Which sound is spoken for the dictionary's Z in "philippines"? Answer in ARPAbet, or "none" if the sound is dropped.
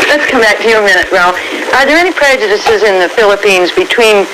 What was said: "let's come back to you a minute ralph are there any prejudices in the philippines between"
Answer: Z